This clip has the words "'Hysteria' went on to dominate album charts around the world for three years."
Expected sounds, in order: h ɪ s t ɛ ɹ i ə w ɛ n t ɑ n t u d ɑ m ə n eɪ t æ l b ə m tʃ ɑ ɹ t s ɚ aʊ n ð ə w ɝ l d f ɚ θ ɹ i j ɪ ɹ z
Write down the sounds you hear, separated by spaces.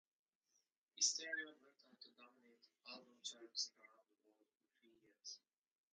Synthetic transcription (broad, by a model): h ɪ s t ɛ ɹ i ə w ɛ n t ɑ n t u d ɑ m ə n eɪ t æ l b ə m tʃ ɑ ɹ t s ɚ aʊ n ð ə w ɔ d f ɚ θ ɹ i j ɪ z